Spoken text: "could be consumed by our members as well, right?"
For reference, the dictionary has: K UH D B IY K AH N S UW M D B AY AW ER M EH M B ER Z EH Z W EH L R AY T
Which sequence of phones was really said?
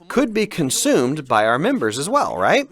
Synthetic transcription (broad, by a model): K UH D B IY K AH N S UW M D B AY AW ER M EH M B ER Z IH Z W EH L R AY T